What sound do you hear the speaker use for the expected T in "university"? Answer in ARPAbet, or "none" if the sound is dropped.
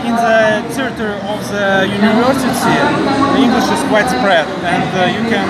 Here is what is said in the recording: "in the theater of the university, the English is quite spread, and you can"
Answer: S